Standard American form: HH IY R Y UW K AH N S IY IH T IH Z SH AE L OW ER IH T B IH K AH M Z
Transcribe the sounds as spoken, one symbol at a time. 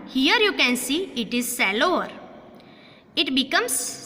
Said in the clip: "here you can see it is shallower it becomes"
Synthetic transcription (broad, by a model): HH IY R Y UW K AH N S IY IH T IH Z S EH L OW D IH T B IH K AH M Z